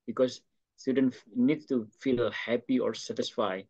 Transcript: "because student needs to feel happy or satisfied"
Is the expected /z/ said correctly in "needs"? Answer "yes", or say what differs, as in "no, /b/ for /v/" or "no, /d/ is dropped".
no, /z/ is dropped